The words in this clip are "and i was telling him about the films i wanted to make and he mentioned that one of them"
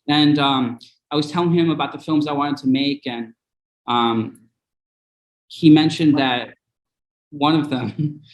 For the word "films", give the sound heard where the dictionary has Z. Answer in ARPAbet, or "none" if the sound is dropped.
Z